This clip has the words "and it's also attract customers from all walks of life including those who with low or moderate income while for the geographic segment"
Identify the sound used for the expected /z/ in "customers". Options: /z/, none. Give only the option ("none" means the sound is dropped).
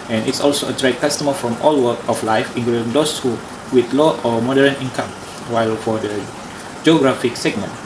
none